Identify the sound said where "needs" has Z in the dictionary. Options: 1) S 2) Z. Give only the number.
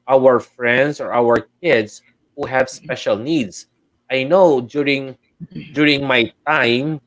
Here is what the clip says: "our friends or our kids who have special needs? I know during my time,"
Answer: 1